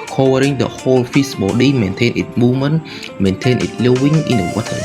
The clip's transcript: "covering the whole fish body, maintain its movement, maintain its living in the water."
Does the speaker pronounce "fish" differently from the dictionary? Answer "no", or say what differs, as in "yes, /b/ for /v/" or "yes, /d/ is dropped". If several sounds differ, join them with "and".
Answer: yes, /s/ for /ʃ/